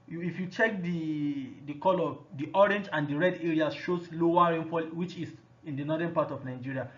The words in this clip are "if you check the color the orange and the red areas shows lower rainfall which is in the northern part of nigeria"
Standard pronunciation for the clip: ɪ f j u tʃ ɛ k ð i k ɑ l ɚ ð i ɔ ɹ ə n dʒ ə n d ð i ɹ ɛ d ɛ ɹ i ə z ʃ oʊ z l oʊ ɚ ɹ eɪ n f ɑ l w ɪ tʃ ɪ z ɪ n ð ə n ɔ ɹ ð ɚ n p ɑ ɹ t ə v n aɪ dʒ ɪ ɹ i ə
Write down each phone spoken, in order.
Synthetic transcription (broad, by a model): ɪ f j u tʃ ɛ k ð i k ɑ l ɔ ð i ɔ ɹ ə n dʒ ə n d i ɹ ɛ d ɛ ɹ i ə ʃ oʊ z l oʊ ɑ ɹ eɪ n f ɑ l w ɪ tʃ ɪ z ɪ n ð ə n ɔ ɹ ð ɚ n p ɑ t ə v n aɪ dʒ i ɹ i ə